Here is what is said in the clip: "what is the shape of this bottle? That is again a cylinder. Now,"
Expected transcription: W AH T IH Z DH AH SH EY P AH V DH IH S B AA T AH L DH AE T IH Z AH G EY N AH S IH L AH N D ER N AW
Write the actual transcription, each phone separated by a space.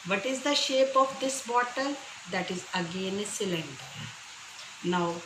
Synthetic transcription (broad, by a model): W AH T IH Z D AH SH EY P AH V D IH S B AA T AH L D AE T IH Z AH G EY N S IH L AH N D N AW